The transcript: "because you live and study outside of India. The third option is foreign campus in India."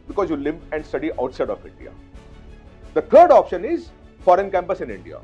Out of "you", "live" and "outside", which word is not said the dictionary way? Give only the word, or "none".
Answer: live